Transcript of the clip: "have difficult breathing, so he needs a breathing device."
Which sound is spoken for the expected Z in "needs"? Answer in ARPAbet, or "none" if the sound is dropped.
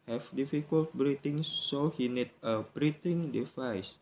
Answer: none